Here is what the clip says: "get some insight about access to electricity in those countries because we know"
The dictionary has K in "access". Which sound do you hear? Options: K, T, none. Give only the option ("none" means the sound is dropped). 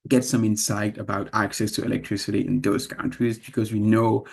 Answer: K